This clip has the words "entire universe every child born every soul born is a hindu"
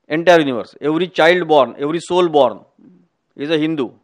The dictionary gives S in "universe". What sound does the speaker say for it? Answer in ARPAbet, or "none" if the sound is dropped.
S